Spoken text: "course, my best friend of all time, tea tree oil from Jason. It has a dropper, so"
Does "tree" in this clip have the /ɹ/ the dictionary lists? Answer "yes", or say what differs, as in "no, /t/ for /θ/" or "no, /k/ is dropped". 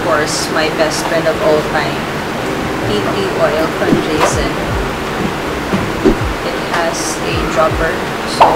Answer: no, /l/ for /ɹ/